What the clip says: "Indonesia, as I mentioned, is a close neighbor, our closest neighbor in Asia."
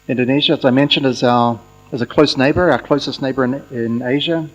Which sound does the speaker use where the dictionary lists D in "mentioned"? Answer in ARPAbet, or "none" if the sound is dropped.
D